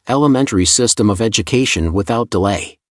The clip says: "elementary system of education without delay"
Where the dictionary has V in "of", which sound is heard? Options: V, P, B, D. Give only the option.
V